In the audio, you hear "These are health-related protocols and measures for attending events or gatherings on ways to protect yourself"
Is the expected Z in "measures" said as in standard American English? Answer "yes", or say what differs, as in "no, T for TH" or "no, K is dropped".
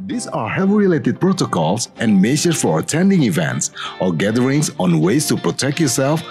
no, Z is dropped